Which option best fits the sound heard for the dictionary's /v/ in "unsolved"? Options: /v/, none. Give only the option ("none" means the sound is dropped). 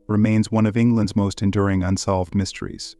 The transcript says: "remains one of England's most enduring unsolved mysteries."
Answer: /v/